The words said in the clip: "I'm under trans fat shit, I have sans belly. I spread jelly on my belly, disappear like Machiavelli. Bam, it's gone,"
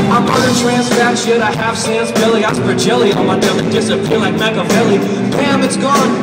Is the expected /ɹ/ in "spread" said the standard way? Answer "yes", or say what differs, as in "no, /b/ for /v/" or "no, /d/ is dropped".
no, /ɹ/ is dropped